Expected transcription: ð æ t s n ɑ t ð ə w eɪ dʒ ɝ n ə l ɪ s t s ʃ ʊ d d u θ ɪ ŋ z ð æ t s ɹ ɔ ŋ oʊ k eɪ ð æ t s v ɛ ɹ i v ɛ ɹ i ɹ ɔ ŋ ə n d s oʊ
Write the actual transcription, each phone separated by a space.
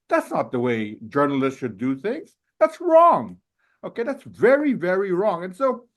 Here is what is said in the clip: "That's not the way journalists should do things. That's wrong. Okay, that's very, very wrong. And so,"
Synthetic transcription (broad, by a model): ð æ t s n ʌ t ð ə w eɪ dʒ ɝ n l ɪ s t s ʃ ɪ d d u θ ɪ ŋ z ð æ t s ɹ ɔ ŋ oʊ k eɪ ð æ t s v ɛ ɹ i v ɛ ɹ i ɹ ɔ ŋ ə n s oʊ